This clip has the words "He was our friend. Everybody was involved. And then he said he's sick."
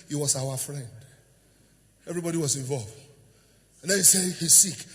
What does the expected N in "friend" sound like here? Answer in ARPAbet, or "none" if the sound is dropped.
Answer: N